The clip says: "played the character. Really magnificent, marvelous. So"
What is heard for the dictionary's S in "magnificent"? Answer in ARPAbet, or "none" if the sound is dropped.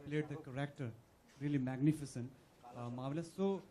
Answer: S